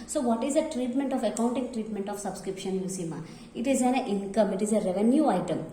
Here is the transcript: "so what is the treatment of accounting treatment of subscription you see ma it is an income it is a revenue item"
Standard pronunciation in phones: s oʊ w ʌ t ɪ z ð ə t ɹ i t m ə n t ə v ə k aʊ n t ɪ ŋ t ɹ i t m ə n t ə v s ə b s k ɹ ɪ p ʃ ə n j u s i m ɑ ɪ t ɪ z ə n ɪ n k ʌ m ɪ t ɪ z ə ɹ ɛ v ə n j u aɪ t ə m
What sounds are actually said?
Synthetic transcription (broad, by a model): s oʊ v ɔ t ɪ z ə t ɹ i t m ə n t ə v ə k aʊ n t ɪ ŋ t ɹ i t m ə n t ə f s ə b s k ɹ ɪ p ʃ ə n j u s i m ɑ ɪ t ɪ z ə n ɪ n k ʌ m ɪ t ɪ z ə ɹ ɛ v ə n j u aɪ t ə m